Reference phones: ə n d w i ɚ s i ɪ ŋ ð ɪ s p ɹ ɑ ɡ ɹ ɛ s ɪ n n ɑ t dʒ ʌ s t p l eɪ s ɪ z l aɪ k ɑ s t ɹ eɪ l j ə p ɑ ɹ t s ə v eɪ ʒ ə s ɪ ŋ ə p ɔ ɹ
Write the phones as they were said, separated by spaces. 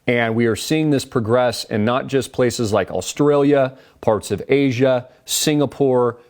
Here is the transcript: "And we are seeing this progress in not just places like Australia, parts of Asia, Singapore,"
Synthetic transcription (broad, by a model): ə n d w i ɚ s i ɪ ŋ ð ɪ s p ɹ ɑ ɡ ɹ ɛ s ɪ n n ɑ t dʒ ʌ s p l eɪ s ɪ z l aɪ k ɑ s t ɹ eɪ l j ə p ɑ ɹ t s ə v eɪ ʒ ə s ɪ ŋ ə p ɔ ɹ